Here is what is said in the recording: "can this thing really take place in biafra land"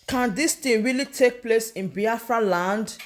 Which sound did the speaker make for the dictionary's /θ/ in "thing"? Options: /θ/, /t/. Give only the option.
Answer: /t/